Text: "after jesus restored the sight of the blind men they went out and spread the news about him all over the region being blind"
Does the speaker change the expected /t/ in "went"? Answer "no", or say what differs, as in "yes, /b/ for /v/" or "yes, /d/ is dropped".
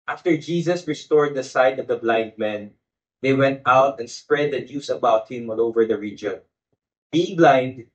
no